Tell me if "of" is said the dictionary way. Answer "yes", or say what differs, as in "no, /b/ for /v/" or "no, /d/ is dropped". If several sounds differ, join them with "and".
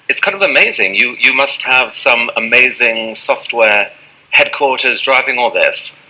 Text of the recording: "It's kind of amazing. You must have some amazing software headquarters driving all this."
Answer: yes